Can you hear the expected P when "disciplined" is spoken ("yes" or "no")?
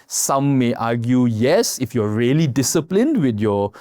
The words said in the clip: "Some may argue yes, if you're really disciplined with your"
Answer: yes